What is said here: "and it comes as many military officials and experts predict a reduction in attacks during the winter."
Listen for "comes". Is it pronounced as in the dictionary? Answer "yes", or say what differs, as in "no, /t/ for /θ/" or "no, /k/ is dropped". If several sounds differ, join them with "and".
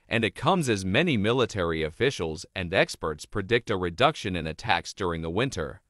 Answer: yes